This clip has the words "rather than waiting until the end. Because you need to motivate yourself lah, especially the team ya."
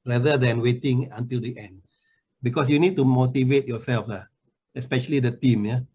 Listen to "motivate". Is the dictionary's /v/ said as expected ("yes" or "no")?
yes